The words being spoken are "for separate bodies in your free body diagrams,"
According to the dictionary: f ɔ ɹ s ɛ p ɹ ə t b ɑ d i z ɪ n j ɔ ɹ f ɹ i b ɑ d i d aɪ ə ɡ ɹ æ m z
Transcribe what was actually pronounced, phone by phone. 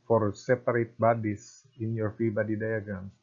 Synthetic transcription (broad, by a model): f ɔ ɹ s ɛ p ɹ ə t b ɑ d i s ɪ n j ɔ ɹ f i b ɑ d i d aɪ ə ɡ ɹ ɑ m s